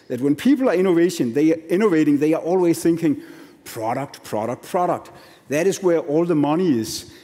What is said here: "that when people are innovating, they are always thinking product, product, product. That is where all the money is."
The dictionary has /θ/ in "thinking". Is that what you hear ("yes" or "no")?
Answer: yes